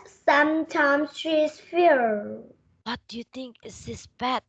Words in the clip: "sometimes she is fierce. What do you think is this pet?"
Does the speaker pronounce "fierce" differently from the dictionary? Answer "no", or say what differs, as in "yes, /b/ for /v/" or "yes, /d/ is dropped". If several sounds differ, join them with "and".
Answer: yes, /s/ is dropped